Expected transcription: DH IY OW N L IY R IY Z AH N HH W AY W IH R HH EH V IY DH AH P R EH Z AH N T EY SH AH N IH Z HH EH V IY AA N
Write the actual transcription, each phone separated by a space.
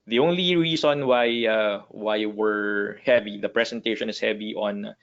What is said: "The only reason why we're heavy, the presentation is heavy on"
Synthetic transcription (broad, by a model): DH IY OW N L IY R IY S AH N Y W AY W IH R HH EH V IY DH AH P R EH S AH N T EY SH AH N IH S HH EH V IY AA N